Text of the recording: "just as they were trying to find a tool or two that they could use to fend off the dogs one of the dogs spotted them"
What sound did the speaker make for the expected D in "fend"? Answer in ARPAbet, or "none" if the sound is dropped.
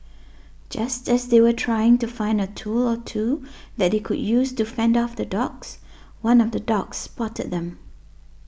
D